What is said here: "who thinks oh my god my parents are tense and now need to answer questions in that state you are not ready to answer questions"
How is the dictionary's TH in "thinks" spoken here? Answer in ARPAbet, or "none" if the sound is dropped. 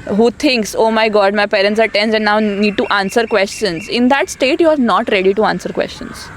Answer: T